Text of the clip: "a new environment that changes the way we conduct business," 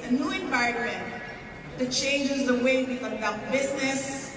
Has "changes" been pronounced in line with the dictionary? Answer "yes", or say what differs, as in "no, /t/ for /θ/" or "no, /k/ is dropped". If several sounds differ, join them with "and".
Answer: yes